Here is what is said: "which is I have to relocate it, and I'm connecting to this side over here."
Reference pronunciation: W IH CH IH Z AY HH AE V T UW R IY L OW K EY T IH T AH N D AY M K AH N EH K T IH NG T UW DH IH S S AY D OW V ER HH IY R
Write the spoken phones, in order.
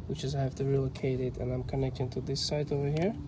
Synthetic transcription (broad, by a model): W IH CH IH Z AY HH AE F T UW R IY L OW K EY T IH T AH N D AY M K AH N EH K T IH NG T UW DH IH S S AY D OW V ER HH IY R